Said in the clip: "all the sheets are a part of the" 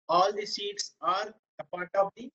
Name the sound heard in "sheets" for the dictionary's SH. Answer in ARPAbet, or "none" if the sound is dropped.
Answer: S